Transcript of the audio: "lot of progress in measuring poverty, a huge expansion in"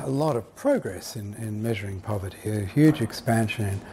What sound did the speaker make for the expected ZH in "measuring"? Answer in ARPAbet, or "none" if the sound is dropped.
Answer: ZH